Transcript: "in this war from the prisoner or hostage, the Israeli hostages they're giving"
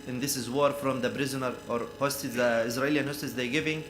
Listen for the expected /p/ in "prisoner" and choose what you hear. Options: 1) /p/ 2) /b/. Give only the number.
2